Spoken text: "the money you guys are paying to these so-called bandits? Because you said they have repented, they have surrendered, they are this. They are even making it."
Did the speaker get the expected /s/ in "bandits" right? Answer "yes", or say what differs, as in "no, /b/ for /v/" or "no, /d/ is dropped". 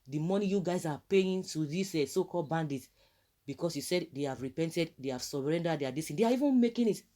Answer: no, /s/ is dropped